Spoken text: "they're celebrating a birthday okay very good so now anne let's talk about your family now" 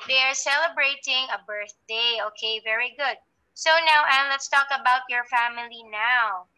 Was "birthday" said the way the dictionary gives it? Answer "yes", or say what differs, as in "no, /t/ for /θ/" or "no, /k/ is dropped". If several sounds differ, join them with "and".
yes